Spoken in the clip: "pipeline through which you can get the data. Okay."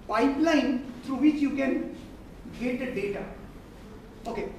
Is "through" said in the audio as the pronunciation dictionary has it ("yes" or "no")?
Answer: no